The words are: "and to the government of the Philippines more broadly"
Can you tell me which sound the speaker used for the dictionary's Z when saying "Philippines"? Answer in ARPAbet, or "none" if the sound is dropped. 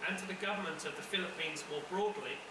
Z